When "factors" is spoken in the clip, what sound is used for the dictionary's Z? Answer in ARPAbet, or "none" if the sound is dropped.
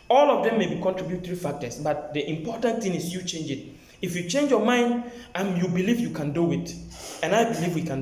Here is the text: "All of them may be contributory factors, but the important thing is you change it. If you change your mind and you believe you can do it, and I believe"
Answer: S